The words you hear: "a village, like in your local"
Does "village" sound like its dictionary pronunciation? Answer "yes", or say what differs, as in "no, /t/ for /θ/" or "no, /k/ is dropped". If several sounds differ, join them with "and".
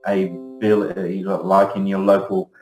no, /b/ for /v/